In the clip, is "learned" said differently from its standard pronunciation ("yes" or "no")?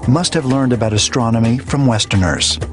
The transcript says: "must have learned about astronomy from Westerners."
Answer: no